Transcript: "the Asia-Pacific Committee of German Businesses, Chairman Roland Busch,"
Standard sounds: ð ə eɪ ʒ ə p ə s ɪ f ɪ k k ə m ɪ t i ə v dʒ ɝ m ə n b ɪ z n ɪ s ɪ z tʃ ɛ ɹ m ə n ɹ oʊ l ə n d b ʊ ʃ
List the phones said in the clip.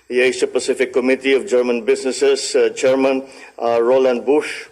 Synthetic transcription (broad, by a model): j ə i s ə p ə s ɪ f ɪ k k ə m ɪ t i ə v dʒ ɝ m ə n b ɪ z n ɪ s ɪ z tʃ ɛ ɹ m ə n ɹ oʊ l ə n d b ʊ ʃ